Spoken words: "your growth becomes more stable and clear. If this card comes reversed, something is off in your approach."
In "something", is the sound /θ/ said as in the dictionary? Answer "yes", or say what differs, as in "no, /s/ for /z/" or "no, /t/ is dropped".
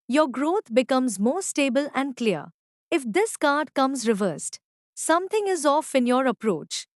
no, /t/ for /θ/